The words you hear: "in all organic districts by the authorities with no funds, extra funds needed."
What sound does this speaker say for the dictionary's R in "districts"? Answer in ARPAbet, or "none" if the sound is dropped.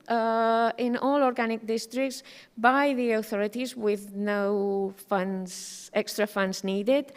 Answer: R